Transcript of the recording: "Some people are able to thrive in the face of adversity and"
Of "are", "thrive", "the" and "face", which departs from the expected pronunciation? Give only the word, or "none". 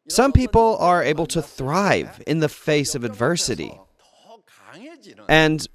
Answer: none